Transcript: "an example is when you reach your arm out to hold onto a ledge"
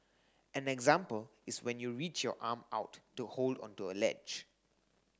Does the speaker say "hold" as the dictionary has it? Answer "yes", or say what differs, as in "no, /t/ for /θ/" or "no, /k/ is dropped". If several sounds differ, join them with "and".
yes